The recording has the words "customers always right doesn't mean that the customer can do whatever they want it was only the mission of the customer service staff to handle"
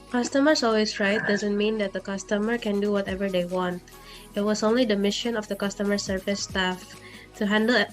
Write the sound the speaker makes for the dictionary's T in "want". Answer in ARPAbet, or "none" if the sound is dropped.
T